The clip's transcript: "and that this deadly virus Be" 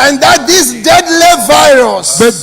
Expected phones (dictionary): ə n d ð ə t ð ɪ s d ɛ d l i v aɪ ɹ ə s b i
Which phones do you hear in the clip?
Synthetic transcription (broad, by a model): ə n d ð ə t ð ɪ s d ɛ d l i v aɪ ɹ ə s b